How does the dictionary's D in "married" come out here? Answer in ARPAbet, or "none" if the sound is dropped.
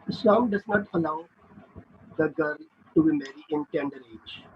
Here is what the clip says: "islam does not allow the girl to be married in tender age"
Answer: none